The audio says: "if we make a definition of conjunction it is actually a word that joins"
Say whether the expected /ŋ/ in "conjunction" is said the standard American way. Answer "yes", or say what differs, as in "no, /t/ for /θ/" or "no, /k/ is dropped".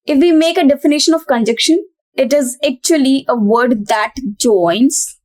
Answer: no, /ŋ/ is dropped